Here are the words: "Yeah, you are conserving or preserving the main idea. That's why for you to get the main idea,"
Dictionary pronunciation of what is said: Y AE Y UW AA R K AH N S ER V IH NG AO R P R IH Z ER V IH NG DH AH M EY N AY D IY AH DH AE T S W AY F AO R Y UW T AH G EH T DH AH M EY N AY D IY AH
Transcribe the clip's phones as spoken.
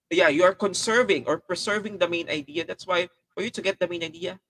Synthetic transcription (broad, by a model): Y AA Y UW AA R K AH N S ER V IH NG AO R P R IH S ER V IH NG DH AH M EY N AY D IY AH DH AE T S W AY F AO R Y UW T AH G EH T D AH M EY N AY D IY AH